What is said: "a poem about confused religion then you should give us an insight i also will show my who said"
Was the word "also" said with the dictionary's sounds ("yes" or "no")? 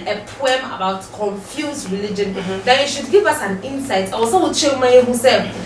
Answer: no